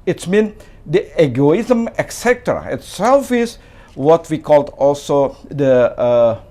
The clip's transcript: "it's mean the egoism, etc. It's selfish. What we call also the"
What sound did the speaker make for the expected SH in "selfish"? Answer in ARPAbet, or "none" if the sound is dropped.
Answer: S